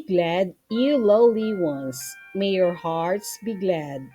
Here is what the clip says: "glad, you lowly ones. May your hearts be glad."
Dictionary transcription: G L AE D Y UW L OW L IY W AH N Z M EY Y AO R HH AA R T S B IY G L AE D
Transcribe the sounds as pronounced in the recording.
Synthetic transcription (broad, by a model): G L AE D Y UW L OW L IY W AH N S M EY Y AO R HH AA R T S B IY G L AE D